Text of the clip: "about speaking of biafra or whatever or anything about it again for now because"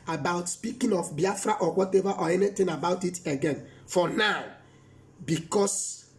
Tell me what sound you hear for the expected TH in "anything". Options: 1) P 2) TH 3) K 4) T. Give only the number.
4